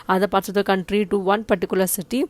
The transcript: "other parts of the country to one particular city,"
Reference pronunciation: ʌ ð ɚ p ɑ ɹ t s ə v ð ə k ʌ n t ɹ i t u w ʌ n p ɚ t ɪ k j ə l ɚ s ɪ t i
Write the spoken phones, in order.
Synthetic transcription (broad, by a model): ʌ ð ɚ p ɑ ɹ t ə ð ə k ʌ n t ɹ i t u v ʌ n p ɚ t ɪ k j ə l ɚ s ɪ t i